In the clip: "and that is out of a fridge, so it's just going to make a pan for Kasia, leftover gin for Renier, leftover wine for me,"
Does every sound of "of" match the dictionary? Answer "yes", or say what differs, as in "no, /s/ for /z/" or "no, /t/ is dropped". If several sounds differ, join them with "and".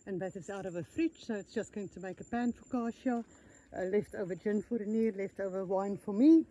yes